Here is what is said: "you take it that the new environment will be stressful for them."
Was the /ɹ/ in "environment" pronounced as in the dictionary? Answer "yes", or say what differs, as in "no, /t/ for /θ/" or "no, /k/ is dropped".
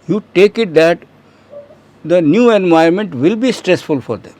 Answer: no, /ɹ/ is dropped